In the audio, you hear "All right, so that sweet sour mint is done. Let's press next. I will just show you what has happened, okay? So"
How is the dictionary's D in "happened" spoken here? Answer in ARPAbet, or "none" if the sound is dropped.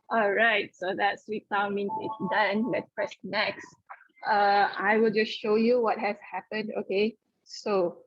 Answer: D